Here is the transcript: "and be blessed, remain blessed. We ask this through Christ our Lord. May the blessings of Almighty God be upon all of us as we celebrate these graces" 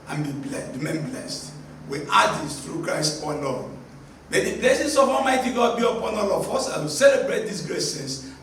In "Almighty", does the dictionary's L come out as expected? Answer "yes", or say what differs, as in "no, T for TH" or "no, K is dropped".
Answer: no, L is dropped